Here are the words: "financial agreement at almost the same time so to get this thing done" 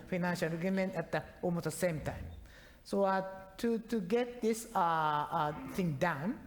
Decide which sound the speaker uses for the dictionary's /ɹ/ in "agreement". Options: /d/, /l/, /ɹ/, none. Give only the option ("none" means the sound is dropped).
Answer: none